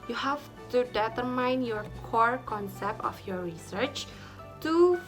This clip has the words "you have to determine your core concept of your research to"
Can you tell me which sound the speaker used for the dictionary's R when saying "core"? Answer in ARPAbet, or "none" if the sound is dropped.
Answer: R